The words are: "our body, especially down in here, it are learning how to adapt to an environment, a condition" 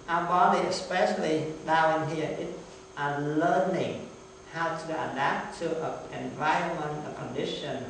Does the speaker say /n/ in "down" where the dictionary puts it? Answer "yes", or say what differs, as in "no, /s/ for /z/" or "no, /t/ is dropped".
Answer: no, /n/ is dropped